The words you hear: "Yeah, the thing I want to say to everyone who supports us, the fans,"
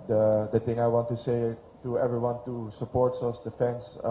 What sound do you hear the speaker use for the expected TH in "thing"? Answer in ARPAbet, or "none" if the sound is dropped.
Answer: T